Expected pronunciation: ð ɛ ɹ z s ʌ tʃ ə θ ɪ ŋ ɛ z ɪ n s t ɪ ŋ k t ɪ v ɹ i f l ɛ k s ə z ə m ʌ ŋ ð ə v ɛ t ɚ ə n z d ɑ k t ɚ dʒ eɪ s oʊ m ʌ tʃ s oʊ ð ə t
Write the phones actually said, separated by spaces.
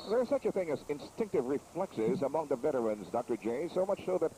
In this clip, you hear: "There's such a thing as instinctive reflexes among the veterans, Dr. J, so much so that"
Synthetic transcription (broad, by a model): ð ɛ ɹ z s ʌ tʃ ə θ ɪ ŋ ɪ z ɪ n s t ɪ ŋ k t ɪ v ɹ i f l ɛ k s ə z ə m ʌ ŋ ð ə v ɛ t ɚ ə n z d ɑ k t ɚ dʒ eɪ s oʊ m ʌ tʃ s oʊ ð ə t